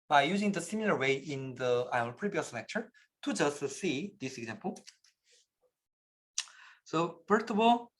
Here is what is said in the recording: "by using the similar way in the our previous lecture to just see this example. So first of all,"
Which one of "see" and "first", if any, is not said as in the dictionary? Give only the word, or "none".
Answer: first